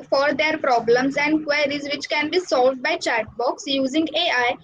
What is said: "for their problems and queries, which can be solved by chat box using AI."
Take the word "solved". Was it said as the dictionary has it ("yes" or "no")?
yes